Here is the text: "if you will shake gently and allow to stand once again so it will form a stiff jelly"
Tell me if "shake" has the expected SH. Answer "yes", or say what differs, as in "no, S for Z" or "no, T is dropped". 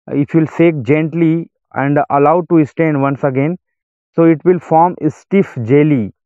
no, S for SH